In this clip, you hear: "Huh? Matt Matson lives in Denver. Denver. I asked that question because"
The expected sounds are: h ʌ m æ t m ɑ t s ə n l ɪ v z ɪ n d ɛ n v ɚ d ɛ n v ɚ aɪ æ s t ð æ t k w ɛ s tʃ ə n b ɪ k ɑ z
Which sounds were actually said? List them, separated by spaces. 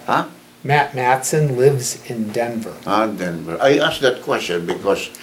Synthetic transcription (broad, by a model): h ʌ m æ t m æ t s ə n l ɪ v z ɪ n d ɛ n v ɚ d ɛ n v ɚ aɪ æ s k ð æ t k w ɛ s tʃ ə n b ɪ k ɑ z